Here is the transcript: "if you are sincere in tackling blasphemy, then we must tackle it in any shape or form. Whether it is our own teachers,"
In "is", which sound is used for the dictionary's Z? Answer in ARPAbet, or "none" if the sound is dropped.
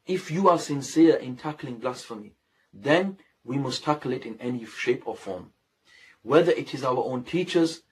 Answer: Z